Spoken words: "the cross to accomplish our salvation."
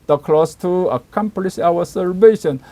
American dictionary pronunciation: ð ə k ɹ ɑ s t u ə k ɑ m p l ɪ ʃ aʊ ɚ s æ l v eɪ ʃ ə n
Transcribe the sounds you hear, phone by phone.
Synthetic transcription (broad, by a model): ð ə k l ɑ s t u ə k ɑ m p l ɪ ʃ aʊ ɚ s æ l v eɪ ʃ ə n